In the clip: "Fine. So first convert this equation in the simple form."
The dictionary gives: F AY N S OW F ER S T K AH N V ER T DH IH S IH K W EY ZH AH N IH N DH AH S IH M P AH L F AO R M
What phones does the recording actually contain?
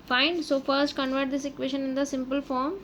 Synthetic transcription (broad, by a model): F AY N S OW F ER S T K AH N V ER T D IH S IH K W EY SH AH N IH N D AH S IH M P AH L F AO R M